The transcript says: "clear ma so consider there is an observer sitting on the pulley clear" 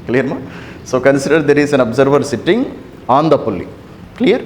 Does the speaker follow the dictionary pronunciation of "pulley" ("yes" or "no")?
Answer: yes